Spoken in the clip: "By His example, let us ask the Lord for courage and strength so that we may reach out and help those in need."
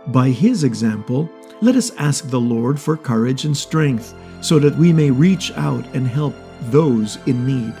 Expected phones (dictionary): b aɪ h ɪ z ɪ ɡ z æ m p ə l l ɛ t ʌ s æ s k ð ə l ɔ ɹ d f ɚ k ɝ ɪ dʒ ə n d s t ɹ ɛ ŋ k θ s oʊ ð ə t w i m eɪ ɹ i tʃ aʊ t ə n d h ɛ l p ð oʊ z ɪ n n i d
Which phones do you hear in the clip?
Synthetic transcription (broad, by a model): b aɪ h ɪ z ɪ ɡ z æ m p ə l l ɛ t ʌ s æ s k ð ə l ɔ ɹ d f ɚ k ɝ ɪ dʒ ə n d s t ɹ ɛ ŋ k θ s oʊ ð ə t w i m eɪ ɹ i tʃ aʊ t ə n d h ɛ l p ð oʊ z ɪ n n i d